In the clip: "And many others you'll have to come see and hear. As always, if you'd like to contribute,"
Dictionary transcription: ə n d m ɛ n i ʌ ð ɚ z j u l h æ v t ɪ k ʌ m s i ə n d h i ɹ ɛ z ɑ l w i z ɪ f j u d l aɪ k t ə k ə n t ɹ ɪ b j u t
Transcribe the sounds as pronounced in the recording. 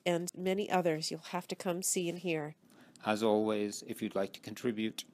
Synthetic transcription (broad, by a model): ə n m ɛ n i ʌ ð ɚ z j u l h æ f t ɪ k ʌ m s i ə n h i ɹ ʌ z ɑ l w i z ɪ f j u d l aɪ k t ə k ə n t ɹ ɪ b j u t